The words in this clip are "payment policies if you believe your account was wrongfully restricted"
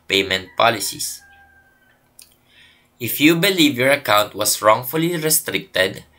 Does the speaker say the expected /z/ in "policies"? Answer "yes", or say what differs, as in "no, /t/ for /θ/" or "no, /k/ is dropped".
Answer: no, /s/ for /z/